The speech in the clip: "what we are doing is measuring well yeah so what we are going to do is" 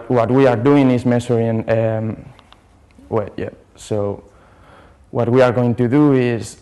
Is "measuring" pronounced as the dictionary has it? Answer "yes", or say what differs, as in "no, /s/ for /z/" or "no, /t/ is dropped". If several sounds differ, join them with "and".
no, /s/ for /ʒ/